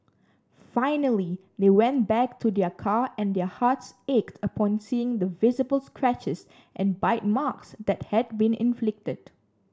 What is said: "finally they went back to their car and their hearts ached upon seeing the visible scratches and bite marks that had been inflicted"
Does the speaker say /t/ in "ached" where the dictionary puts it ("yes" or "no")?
yes